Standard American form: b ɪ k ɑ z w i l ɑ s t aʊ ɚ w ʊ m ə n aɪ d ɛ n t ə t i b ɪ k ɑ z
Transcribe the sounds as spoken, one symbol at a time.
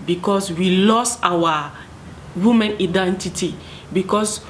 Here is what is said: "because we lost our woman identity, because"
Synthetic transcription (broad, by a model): b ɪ k ɑ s w i l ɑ s aʊ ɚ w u m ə n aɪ d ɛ n t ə t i b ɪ k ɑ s